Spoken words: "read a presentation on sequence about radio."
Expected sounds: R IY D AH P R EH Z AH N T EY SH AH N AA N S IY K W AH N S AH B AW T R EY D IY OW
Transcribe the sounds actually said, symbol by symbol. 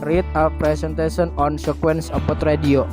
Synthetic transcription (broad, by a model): R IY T AH P R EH S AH N T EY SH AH N AA N S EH K W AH N S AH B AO T R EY D IY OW